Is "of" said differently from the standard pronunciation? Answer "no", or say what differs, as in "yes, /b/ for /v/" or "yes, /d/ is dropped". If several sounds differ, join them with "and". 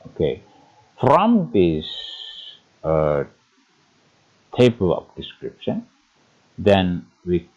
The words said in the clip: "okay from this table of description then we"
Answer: yes, /p/ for /v/